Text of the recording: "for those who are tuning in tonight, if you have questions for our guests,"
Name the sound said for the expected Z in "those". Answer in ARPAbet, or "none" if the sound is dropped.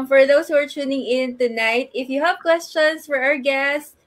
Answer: S